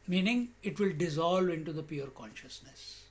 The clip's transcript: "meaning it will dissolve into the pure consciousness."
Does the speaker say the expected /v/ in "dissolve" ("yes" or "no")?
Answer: yes